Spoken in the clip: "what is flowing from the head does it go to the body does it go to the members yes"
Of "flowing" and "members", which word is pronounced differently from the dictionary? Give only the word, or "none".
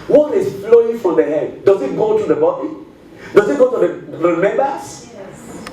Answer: members